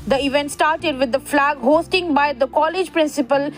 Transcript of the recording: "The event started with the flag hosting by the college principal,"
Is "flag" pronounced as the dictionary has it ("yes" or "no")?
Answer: yes